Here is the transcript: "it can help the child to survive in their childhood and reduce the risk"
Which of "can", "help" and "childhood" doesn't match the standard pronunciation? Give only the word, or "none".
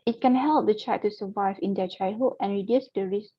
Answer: childhood